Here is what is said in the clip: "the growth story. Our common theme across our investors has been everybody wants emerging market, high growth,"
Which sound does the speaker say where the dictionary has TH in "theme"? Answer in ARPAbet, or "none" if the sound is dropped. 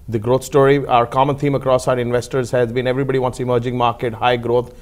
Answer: T